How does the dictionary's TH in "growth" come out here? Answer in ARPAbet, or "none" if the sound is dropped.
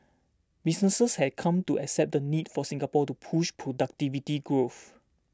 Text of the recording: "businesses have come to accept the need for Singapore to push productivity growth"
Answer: F